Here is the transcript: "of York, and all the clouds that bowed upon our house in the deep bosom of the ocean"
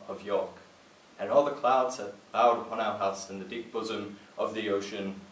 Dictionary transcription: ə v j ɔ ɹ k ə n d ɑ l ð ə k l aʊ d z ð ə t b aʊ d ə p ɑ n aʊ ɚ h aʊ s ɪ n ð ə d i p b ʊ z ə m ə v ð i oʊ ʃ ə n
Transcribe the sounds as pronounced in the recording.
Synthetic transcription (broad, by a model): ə v j ɔ ɹ k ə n ɑ l ð ə k l aʊ d z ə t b aʊ d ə p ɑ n aʊ ɚ h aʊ s ɪ n ð ə d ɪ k b ʊ z ə m ə v ð i oʊ ʃ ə n